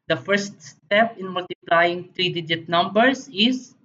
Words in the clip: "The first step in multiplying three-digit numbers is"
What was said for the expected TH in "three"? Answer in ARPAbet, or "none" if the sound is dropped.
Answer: T